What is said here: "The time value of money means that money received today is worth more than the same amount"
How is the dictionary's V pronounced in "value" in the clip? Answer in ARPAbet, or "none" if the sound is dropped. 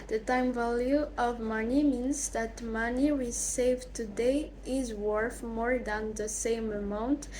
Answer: V